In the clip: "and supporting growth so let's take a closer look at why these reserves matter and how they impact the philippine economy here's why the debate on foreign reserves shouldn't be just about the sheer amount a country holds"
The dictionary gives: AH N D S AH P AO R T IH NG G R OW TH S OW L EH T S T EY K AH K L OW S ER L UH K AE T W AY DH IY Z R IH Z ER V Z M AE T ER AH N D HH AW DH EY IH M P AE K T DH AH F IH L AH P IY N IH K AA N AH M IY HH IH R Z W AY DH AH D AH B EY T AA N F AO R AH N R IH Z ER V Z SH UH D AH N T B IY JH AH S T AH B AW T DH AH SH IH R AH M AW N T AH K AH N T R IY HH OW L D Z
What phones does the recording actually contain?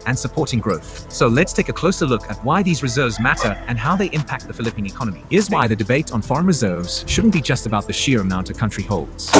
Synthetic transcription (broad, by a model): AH N S AH P AO R T IH NG G R OW TH S OW L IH T S T EY K AH K L OW S ER L UH K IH T W AY DH IY Z R IH Z ER V Z M AE T ER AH N HH AW DH EY IH M P AE K T DH AH F IH L AH P IY N IH K AA N AH M IY IH Z W AY DH AH D AH B EY T N F AO R AH N R IH Z ER V Z SH UH D N B IY JH AH S T AH B AW T DH AH SH IH R AH M AW N T AH K AH N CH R IY HH OW L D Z